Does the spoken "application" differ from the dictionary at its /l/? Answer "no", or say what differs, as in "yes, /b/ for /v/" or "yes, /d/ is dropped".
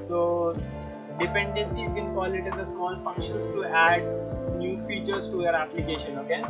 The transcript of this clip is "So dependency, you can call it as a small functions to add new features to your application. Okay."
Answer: no